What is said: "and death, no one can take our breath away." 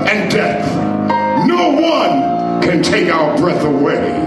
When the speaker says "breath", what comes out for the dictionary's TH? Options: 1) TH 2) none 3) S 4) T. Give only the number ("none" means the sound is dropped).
1